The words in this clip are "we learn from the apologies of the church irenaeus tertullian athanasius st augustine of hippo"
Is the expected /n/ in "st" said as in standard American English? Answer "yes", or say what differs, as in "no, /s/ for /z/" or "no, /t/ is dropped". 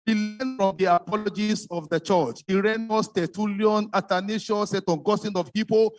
no, /n/ is dropped